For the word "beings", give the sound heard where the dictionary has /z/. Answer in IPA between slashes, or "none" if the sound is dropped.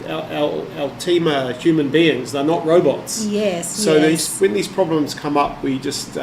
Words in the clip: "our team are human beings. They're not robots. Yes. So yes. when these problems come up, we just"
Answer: /z/